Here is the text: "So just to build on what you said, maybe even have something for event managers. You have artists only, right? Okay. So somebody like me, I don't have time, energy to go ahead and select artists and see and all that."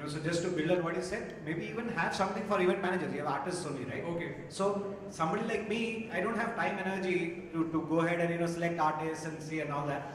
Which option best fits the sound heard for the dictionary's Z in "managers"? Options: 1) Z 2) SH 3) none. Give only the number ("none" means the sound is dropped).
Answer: 3